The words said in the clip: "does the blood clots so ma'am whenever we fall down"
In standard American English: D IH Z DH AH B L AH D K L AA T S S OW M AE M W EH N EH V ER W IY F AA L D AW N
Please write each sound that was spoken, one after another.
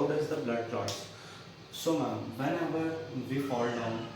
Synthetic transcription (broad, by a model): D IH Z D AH B L AH D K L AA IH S S OW M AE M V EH N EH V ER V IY F AA L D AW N